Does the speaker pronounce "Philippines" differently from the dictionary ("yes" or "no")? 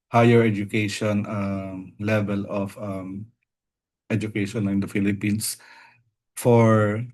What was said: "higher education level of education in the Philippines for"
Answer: yes